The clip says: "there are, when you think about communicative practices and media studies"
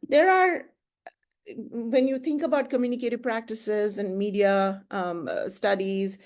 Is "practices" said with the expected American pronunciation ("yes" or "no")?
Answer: yes